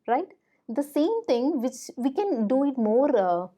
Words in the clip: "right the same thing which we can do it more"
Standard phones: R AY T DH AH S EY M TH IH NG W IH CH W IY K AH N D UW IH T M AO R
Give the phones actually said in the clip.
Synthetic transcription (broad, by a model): R AY T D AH S EY M T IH NG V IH CH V IY K AH N D UW IH T M AO R